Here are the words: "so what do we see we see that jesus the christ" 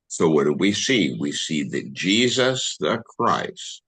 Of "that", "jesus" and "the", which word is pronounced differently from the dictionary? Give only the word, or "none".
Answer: none